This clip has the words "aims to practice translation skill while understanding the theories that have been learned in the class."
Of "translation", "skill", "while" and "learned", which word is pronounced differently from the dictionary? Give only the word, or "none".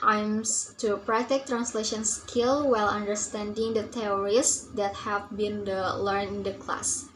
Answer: learned